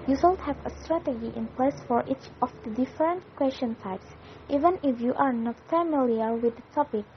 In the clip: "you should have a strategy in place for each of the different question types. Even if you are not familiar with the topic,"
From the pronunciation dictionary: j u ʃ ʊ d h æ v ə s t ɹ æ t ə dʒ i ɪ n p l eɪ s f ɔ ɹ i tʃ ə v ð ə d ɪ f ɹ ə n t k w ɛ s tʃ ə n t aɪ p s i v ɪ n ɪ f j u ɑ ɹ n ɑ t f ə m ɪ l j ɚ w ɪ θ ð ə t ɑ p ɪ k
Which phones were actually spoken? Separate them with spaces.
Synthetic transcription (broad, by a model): j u s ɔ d h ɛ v ə s t ɹ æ t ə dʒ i ɪ n p l eɪ s f ɔ ɹ i tʃ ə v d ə d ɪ f ɹ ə n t k w ɛ s tʃ ə n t aɪ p s i v ɪ n ɪ f j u ɑ ɹ n ɑ t f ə m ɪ l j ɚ w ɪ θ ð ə t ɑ p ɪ k